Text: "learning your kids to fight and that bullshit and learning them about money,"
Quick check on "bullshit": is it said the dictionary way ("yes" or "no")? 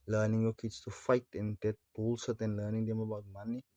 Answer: no